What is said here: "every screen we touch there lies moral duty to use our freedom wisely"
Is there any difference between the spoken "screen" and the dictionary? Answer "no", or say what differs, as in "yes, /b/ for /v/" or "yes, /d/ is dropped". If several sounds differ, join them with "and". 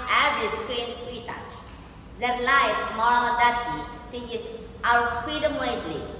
yes, /ɹ/ is dropped